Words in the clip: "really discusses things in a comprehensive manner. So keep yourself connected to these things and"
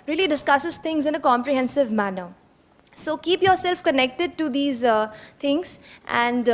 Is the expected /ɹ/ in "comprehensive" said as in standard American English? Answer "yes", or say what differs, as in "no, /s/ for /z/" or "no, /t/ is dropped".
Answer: yes